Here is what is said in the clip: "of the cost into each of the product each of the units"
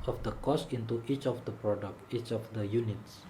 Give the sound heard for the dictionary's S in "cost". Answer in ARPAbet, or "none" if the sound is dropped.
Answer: S